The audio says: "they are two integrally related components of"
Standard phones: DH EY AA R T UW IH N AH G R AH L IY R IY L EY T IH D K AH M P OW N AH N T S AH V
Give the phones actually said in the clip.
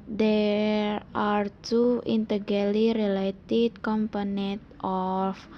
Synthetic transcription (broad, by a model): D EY AA R T UW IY N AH G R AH L IY R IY L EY T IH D K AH M P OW N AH N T AH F